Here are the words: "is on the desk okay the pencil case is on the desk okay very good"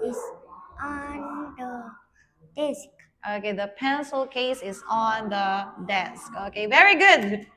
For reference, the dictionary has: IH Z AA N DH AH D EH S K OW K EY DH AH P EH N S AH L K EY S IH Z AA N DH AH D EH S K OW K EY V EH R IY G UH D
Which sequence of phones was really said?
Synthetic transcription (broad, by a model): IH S AA N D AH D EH S K OW K EY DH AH P EH N S AH L K EY S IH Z AA N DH AH D EH S K OW K EY V EH R IY G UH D